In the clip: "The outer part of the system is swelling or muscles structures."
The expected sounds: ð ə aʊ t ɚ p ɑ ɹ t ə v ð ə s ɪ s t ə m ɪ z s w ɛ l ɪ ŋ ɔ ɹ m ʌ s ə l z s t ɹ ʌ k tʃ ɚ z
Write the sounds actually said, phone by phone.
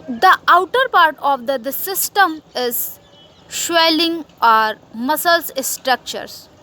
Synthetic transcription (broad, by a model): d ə aʊ t ɚ p ɑ ɹ t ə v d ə s ɪ s t ə m ɪ z ʃ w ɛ l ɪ ŋ ɔ ɹ m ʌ s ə l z s t ɹ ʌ k tʃ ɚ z